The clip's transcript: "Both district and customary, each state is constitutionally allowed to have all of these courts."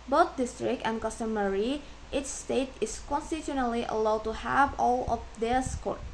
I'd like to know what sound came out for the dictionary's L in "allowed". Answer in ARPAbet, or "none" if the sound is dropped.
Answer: L